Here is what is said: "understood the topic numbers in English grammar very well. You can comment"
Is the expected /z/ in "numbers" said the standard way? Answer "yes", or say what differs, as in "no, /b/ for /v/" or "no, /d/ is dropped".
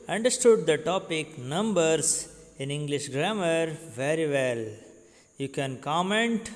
no, /s/ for /z/